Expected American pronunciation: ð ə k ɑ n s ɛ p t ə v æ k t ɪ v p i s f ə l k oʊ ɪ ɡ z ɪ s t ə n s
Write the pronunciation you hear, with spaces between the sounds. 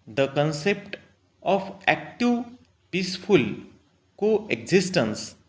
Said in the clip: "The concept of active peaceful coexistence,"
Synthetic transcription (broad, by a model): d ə k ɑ n s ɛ p t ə p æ k t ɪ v p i s p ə l k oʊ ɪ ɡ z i s t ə n s